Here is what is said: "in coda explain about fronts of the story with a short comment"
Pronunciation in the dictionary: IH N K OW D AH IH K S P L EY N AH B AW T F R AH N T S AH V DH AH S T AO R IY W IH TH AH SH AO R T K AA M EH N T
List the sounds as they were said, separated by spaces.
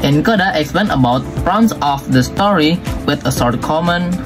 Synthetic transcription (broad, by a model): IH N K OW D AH IH K S P L EY N AH B AW T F R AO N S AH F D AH S T AO R IY W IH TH AH S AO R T K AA M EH N